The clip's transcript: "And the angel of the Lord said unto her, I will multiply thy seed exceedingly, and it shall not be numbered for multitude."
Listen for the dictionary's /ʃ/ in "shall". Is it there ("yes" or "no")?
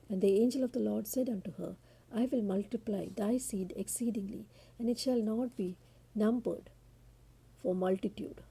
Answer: yes